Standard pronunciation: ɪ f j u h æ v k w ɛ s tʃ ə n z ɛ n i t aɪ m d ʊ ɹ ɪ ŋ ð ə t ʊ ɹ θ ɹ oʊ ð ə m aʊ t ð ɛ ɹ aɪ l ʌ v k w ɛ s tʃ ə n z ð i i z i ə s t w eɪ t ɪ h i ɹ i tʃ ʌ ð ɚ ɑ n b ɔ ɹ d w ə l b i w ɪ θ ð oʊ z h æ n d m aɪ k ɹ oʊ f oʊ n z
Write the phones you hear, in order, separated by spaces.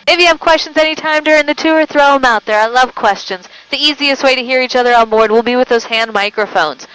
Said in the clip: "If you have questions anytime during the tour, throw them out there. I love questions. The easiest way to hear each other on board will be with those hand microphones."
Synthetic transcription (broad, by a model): ɪ f j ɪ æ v k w ɛ s tʃ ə n z ɛ n i t aɪ m d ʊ ɹ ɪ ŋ ð ə t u ɹ θ ɹ oʊ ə m aʊ t ð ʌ ɹ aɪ l ʌ v k w ɛ s tʃ ə n z ð i i z i ə s t w eɪ t ɪ h i ɹ i tʃ ʌ ð ɚ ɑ n b ɔ ɹ d w ə l b i w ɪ ð oʊ z h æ n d m aɪ k ɹ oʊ f oʊ n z